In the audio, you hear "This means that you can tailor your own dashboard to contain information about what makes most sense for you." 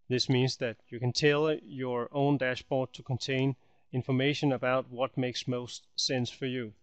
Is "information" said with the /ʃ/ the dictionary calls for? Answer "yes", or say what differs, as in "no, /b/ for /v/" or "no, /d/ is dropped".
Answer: yes